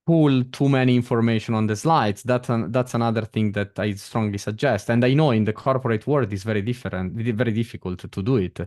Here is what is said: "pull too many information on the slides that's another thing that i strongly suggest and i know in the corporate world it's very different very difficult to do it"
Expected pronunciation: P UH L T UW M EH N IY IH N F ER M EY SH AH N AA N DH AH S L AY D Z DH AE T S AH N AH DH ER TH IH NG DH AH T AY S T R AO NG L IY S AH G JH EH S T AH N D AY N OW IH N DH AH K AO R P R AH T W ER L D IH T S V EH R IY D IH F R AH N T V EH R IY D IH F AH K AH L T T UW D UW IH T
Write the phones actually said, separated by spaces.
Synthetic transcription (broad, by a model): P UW L T UW M EH N IY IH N F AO M EY SH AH N AA N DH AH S L AY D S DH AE T S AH N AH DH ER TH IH NG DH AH T AY S T R AO NG L IY S AH G JH EH S T AH N D AY N OW IH N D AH K AO R P R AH T W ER D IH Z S V EH R IY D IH F R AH N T V EH R IY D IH F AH K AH L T T UW D UW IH T